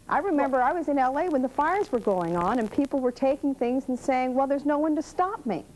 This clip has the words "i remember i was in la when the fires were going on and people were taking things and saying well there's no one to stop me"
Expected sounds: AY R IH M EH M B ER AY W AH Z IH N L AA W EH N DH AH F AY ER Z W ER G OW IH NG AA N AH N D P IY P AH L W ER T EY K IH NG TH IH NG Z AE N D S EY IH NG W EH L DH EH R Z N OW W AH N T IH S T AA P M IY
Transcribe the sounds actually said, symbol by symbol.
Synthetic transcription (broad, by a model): AY R IH M EH M B ER AY W AH Z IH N L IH W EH N DH AH F AY ER Z W ER G OW IH NG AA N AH N P IY P L W ER T EY K IH NG TH IH NG Z N S EY IH NG W EH L DH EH R Z N OW W AH N T IH S T AA P M IY